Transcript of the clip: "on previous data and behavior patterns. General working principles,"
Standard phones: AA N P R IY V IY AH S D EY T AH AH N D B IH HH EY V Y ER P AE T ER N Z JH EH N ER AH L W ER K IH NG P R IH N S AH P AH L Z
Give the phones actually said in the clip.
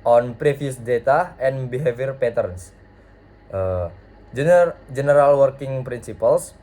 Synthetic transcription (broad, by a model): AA N P R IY F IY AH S D EY T AH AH N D B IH HH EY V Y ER P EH T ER N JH JH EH N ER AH L W ER K IH NG P R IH N S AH P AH L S